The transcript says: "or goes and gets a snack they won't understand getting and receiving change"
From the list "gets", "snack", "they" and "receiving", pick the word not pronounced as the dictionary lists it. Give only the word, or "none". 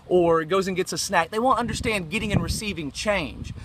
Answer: none